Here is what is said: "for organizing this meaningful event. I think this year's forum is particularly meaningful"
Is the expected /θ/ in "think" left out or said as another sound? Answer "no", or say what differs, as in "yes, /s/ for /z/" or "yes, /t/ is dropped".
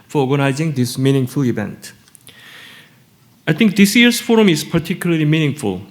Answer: yes, /t/ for /θ/